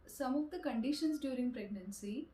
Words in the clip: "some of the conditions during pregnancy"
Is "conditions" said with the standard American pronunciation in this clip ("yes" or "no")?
no